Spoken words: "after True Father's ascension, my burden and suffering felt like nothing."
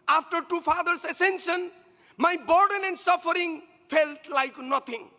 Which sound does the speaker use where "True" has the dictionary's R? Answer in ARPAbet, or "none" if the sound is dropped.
none